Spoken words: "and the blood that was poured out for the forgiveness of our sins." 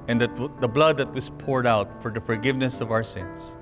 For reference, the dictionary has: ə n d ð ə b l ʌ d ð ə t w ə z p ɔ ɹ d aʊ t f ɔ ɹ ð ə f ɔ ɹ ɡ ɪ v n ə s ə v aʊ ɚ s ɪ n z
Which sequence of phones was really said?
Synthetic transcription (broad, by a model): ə n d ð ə b l ʌ d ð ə t w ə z p ɔ ɹ d aʊ t f ɔ ɹ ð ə f ɔ ɹ ɡ ɪ v n ə s ə v aʊ ɚ s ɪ n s